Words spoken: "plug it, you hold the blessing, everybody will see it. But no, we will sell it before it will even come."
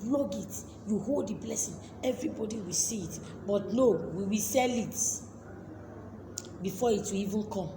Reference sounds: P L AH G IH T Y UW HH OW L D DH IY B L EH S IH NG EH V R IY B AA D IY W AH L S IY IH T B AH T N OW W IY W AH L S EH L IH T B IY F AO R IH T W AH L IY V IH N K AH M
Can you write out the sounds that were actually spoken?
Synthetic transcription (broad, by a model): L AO G IH T Y UW HH OW L D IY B L EH S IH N EH V R IY B AA D IY W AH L S IY IH T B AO T N OW W IY W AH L S EH L IH T B IY F AO IH T W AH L IY V IH N K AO M